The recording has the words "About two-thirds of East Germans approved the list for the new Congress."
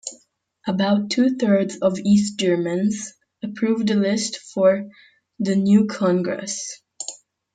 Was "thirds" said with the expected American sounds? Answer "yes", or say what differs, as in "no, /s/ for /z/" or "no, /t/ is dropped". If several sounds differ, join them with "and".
yes